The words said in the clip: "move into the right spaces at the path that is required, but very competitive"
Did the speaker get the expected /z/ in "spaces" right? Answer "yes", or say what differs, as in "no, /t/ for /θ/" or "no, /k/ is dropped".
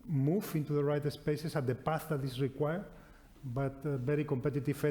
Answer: no, /s/ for /z/